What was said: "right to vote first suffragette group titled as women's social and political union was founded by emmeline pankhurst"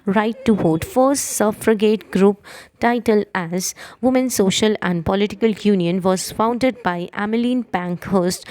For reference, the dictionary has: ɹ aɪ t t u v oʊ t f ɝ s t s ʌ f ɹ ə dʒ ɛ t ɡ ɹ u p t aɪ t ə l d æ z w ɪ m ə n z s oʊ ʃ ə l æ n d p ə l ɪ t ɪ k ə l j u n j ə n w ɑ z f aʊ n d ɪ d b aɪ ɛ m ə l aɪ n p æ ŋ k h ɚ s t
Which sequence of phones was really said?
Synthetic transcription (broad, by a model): ɹ aɪ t t u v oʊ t f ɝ s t s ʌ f ɹ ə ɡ ɛ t ɡ ɹ u p t aɪ t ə l æ z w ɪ m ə n s oʊ ʃ ə l æ n d p ə l ɪ t ɪ k ə l j u n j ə n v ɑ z f aʊ n d ɪ d b aɪ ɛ m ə l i n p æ ŋ k h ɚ s t